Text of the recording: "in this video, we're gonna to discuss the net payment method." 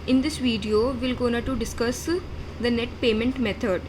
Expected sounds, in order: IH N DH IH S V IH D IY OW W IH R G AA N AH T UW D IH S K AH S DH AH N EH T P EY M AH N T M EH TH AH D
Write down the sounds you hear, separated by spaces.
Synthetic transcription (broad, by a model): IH N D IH S V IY D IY OW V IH L G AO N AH T UW D IH S K AH S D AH N EH T P EY M AH N T M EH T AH D